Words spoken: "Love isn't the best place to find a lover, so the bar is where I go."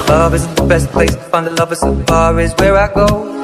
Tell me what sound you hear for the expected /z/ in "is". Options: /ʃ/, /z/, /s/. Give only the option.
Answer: /z/